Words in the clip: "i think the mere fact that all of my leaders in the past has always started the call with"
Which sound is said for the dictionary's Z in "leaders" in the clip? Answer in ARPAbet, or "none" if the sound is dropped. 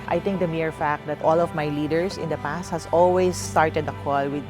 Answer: S